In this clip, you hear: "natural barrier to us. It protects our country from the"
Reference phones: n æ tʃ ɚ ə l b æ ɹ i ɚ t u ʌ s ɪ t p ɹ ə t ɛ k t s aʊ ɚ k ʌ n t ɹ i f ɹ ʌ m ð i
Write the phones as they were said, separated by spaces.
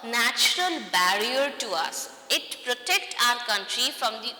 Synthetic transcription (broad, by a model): n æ tʃ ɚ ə l b æ ɹ i ɚ t u ʌ s ɪ t p ɹ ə t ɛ k t aʊ ɚ k ʌ n t ɹ i f ɹ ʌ m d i